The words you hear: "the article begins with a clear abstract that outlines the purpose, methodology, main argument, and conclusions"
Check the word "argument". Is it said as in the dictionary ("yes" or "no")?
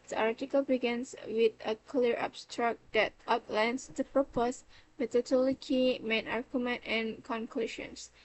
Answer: yes